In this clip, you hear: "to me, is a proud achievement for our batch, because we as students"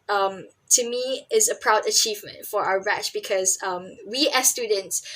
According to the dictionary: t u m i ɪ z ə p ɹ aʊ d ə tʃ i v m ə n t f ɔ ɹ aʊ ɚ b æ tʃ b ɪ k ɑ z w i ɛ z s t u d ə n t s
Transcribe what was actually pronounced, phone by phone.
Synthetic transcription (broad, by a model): t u m i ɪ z ə p ɹ aʊ d ə tʃ i v m ə n t f ɔ ɹ aʊ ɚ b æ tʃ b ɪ k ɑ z w i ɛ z s t u d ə n t s